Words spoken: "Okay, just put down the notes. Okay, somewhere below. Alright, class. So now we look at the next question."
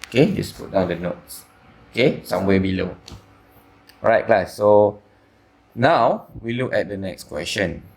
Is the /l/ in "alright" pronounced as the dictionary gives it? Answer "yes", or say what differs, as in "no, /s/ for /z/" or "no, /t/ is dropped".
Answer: no, /l/ is dropped